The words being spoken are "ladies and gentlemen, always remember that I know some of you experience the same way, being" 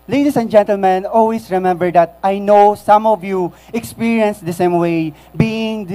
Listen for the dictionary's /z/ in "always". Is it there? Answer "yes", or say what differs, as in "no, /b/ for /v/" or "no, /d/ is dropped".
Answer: no, /s/ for /z/